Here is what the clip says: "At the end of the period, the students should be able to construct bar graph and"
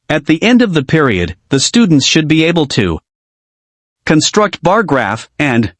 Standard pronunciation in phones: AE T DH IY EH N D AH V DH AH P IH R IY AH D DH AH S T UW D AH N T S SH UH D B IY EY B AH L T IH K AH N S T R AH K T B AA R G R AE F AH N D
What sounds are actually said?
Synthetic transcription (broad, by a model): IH T DH IY EH N D AH V DH AH P IH R IY AH D DH AH S T UW D N T S SH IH D B IY EY B L T IH K AH N S T R AH K T B AA R G R AE F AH N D